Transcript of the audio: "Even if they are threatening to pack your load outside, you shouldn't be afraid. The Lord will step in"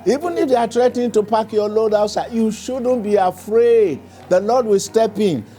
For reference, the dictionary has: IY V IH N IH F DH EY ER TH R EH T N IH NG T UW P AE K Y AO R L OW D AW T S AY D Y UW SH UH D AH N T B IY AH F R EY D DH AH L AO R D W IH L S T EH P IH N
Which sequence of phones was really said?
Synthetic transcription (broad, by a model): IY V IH N IH F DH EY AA T R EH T IH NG T UW P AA K Y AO L OW D AW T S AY Y UW SH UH D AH N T B IY AH F R EY D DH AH L AO D W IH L S T EH P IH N